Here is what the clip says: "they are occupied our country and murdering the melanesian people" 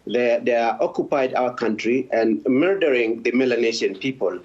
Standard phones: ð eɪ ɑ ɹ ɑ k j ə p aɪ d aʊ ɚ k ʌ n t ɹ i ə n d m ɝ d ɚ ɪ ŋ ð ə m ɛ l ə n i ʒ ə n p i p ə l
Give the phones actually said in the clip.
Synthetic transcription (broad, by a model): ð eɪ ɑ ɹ ɑ k j ə p aɪ d aʊ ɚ k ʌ n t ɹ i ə n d m ɝ d ɚ ɪ ŋ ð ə m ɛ l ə n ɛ ʃ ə n p i p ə l